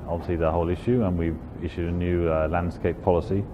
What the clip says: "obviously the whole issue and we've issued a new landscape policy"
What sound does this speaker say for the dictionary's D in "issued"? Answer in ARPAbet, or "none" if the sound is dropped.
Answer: D